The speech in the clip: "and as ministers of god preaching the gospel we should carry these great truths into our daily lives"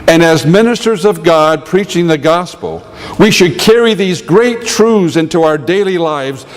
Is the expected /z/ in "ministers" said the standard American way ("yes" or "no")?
yes